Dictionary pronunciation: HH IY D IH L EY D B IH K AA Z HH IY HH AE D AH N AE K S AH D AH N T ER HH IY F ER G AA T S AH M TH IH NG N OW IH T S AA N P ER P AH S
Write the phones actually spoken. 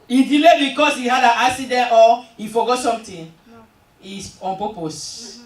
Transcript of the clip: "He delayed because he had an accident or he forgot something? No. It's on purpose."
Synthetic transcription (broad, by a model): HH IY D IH L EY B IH K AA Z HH IY HH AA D AH N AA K S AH D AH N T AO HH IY F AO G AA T S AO M T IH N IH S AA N P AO P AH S